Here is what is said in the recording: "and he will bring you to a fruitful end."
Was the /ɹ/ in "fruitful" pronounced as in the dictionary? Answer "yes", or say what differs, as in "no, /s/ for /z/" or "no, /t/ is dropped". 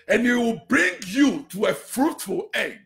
yes